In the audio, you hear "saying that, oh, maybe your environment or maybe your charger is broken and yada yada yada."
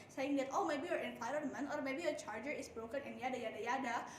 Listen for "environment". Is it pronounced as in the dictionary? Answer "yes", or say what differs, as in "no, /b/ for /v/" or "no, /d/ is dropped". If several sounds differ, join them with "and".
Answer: no, /f/ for /v/ and /t/ is dropped